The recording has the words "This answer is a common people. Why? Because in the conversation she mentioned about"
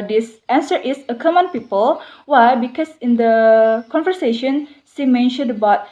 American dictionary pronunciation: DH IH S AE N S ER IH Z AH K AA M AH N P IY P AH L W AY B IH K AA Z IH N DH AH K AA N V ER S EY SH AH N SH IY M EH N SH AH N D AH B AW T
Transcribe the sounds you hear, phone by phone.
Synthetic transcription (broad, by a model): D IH S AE N S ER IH S AH K AA M AH N P IY P AH L W AY B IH K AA S IH N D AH K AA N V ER S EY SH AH N S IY M EH N SH AH N D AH B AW T